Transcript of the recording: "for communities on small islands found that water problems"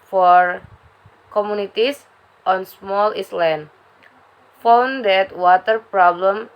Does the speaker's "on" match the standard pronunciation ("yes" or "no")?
yes